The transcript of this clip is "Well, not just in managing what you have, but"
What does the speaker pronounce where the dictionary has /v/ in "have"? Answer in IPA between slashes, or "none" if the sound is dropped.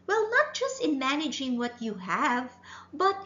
/v/